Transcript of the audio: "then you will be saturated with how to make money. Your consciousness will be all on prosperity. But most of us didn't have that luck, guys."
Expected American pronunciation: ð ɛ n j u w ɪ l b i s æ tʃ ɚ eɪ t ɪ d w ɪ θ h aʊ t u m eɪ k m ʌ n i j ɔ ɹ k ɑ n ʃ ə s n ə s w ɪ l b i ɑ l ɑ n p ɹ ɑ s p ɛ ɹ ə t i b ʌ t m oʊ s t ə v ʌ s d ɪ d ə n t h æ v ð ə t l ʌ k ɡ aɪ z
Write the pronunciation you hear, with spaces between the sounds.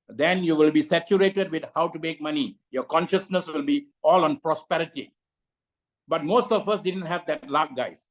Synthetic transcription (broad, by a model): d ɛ n j u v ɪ l b i s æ tʃ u eɪ t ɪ d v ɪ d h aʊ t u m eɪ k m ʌ n i j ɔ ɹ k ɑ n ʃ ə s n ə s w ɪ l b i ɑ l ɑ n p ɹ ɑ s p ɛ ɹ ə t i b ʌ t m oʊ s t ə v ʌ s d ɪ d ə n t h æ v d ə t l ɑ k ɡ aɪ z